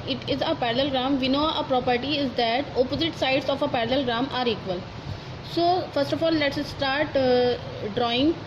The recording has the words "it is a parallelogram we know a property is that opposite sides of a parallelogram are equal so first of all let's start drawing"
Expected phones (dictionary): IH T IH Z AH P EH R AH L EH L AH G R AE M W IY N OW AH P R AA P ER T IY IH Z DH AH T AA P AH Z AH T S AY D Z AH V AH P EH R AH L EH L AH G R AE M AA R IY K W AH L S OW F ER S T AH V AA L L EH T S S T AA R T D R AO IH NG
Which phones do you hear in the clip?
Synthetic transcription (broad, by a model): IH T IH Z AH P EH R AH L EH L G R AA M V IY N OW AH P R AA P ER T IY IH Z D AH T AA P AH Z AH T S AY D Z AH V AH P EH R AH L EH L G R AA M AA R IY K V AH L S OW F ER S T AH F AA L L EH T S S T AA R T D R AO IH NG